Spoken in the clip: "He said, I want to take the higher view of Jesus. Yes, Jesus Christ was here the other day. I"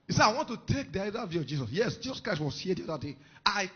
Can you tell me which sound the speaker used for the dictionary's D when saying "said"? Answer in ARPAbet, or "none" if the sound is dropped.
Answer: none